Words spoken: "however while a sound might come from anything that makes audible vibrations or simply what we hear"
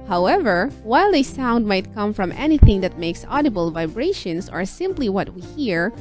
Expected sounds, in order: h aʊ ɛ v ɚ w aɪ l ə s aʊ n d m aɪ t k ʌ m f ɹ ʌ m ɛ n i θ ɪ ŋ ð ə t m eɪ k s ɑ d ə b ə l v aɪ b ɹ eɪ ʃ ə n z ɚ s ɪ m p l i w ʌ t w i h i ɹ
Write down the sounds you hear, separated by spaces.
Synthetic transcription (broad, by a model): h aʊ ɛ v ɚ w aɪ l ə s aʊ n d m aɪ t k ʌ m f ɹ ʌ m ɛ n i θ ɪ ŋ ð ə t m eɪ k s ɑ d ə b ə l v aɪ b ɹ eɪ ʃ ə n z ɚ s ɪ m p l i w ʌ t w i h i ɹ